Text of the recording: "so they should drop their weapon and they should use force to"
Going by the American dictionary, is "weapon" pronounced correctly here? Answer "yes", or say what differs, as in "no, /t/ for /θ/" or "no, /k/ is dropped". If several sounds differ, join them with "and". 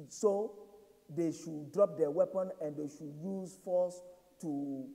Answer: yes